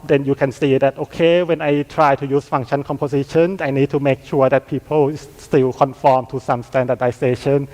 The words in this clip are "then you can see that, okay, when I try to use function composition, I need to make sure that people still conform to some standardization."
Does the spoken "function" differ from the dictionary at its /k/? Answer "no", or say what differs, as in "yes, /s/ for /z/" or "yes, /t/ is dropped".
yes, /k/ is dropped